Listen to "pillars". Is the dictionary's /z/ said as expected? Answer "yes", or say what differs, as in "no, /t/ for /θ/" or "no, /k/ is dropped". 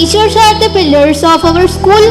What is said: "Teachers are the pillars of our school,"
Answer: no, /s/ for /z/